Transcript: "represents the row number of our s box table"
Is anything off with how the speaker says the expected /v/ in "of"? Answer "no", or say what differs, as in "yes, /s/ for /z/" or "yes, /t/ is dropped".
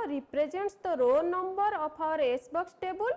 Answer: yes, /p/ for /v/